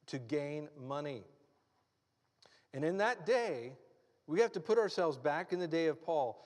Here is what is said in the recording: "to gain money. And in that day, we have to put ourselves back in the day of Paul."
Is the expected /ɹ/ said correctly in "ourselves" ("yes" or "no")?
yes